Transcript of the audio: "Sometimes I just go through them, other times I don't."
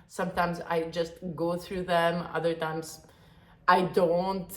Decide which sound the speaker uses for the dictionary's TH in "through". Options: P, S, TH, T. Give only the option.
TH